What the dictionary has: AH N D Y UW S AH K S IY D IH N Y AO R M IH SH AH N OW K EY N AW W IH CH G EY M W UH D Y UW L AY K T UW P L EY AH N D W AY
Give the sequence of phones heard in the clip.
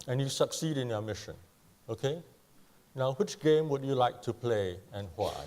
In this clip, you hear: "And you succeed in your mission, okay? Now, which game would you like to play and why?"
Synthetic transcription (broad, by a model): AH N Y UW S AH K S IY D IH N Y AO M IH SH AH N OW K EY N AW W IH CH G EY M W UH D Y UW L AY K T UW P L EY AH N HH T